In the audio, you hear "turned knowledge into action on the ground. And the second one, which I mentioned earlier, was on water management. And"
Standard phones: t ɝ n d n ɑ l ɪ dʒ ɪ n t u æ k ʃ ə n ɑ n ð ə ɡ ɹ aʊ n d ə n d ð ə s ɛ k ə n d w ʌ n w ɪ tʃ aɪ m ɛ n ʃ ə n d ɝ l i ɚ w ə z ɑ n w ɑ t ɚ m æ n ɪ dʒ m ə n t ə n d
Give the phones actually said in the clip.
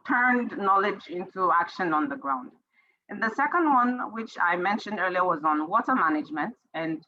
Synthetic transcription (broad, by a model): t ɝ n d n ɑ l ɪ dʒ ɪ n t u æ k ʃ ə n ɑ n ð ə ɡ ɹ aʊ n d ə n ð ə s ɛ k ə n d w ʌ n w ɪ tʃ aɪ m ɛ n ʃ ə n d ɝ l i ɚ w ə z n w ɑ t ɚ m æ n ɪ dʒ m ə n t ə n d